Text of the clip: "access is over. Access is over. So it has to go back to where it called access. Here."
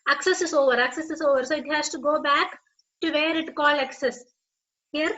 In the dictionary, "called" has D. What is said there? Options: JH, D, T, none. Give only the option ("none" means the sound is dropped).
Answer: none